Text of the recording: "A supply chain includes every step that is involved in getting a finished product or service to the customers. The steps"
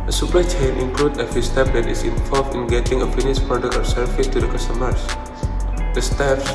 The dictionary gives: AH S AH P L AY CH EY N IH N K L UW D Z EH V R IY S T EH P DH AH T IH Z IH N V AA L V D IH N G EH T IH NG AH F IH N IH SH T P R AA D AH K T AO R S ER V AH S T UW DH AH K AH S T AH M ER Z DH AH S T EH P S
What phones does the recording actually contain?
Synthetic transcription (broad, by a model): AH S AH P AY CH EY N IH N K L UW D AH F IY S T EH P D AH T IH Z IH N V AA L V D IH N G EH T IH NG AH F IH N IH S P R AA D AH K AO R S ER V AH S T UW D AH K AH S T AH M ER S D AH S T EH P S